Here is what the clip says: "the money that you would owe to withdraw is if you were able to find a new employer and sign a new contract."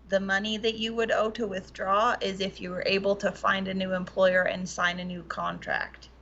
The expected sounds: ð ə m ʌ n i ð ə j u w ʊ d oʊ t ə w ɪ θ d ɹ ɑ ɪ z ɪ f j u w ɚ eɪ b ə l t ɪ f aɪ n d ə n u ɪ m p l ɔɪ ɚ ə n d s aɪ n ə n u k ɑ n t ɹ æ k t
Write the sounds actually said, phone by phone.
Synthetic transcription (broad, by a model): ð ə m ʌ n i ð ə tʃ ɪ w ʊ d oʊ t ə w ɪ θ d ɹ ɑ ɪ z ɪ f j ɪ w ɚ eɪ b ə l t ɪ f aɪ n d ə n u ɪ m p l ɔɪ ɚ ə n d s aɪ n ə n u k ɑ n t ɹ æ k t